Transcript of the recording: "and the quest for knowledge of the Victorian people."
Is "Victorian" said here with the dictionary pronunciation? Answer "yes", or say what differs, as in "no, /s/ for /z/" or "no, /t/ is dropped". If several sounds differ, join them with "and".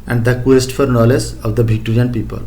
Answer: no, /b/ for /v/